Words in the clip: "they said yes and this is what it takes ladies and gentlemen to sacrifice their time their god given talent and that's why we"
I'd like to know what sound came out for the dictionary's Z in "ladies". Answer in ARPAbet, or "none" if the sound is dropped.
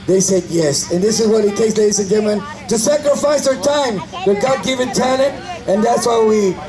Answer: S